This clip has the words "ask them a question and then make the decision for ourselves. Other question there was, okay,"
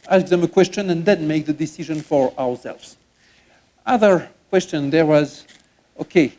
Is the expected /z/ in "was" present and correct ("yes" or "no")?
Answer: yes